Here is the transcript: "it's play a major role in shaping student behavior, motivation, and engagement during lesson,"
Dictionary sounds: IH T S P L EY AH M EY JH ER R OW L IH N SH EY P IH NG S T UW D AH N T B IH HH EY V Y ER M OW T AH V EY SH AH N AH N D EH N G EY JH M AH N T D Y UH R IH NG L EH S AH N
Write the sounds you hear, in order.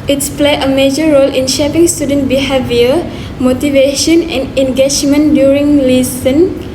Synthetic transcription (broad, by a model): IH T S P L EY AH M EY JH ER R OW L IH N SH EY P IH NG S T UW D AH N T B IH HH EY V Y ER M OW T AH V EY SH AH N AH N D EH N G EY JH M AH N D Y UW R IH NG L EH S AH N